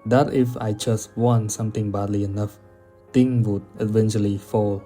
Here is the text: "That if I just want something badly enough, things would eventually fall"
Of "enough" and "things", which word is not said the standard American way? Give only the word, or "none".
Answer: things